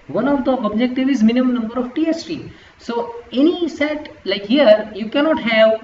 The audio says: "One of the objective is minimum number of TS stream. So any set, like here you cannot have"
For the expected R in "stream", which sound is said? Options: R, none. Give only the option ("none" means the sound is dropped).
none